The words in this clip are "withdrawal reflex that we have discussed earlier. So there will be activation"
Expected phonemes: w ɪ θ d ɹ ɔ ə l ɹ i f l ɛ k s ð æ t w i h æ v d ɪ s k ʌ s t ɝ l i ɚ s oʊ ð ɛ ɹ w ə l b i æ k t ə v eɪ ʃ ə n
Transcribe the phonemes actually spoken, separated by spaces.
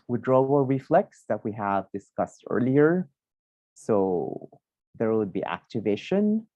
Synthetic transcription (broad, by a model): w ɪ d ɹ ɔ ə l ɹ i f l ɛ k s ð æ t w i h æ v d ɪ s k ʌ s t ɝ l i ɚ s oʊ ð ɛ ɹ w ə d b i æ k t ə v eɪ ʃ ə n